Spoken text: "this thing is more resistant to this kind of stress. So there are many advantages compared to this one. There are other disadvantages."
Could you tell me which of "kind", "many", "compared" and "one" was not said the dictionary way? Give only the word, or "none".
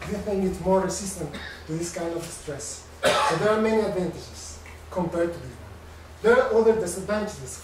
one